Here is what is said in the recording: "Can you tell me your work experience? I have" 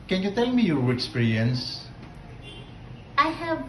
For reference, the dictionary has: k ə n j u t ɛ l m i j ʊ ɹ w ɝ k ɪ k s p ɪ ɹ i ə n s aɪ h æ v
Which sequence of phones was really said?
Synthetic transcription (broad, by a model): k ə n j u t ɛ l m i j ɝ ɪ k s p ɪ ɹ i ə n s aɪ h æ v